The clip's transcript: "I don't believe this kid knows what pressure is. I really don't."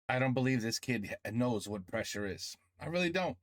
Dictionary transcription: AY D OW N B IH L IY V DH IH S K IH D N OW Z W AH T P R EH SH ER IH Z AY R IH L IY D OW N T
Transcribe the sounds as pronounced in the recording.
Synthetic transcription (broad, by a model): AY D OW N B IH L IY V DH IH S K IH D N OW Z W AH T P R EH SH ER IH Z AY R IH L IY D OW N T